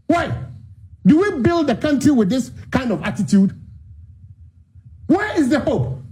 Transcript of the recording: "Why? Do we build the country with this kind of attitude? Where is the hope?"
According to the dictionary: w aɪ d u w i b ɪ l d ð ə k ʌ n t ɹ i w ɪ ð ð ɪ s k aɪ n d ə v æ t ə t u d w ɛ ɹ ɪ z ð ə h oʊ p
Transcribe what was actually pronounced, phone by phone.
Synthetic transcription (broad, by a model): w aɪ d u w i b ɪ l d ð ə k ʌ n t ɹ i w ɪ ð ð ɪ s k aɪ n d ə v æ t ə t u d w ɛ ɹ ɪ z ð ə h oʊ p